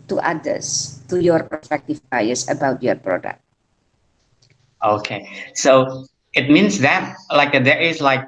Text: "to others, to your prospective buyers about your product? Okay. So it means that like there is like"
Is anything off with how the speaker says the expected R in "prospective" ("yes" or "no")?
yes